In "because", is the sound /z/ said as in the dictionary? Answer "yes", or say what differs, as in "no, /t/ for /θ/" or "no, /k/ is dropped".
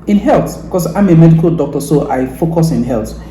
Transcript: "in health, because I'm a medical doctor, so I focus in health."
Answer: no, /s/ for /z/